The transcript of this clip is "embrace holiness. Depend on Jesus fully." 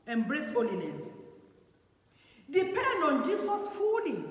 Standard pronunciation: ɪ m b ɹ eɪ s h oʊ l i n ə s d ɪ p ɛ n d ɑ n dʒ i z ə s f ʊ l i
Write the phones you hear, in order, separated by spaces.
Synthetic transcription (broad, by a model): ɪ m b ɹ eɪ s h oʊ l i n ə s d ɪ p ɛ n d ɑ n dʒ i s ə s f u l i